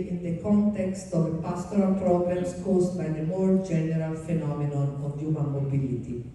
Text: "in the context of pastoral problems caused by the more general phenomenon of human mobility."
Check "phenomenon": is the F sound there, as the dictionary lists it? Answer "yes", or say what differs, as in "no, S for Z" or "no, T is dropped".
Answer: yes